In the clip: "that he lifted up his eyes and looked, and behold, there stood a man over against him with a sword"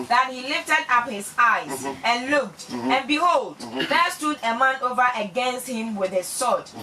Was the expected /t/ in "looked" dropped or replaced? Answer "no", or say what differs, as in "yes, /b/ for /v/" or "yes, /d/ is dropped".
no